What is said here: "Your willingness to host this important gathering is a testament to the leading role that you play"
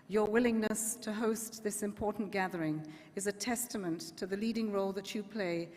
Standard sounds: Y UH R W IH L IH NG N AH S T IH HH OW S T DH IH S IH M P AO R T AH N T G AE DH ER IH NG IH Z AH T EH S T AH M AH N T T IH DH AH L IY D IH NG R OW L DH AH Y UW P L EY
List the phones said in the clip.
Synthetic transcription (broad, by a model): Y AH R W IH L IH NG N AH S T IH HH OW S T DH IH S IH M P AO R T N G AE DH ER IH NG IH Z AH T EH S T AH M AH N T T IH DH AH L IY D IH NG R OW L DH AH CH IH P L EY